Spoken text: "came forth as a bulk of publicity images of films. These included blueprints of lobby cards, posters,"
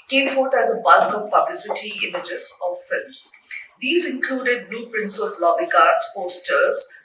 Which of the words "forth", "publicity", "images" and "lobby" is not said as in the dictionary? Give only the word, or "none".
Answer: forth